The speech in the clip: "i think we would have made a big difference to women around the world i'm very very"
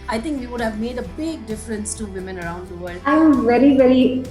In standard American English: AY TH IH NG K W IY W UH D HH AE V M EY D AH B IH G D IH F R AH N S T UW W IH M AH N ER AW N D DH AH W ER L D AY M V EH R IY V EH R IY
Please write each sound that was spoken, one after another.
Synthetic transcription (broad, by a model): AY T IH NG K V IY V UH D HH AE V M EY D AH B IH G D IH F R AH N S T UW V IH M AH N ER AW N D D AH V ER L D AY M V EH R IY V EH R IY